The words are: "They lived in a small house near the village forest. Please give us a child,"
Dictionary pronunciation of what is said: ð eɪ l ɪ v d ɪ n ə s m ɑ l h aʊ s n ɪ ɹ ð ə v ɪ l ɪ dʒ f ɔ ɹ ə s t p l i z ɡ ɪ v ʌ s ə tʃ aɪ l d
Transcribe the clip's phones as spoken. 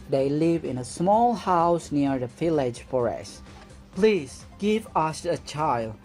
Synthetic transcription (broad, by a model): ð eɪ l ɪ v ɪ n ə s m ɑ l h aʊ s n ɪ ɹ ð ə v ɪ l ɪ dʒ f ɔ ɹ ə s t p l i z ɡ ɪ v ʌ s ə tʃ aɪ l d